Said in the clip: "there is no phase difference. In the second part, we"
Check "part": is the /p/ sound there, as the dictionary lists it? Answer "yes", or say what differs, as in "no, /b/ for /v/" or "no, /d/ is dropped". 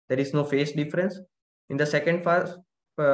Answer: no, /f/ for /p/